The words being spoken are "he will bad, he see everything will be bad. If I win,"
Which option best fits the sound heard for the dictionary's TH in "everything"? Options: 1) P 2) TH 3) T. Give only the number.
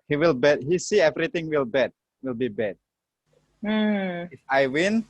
3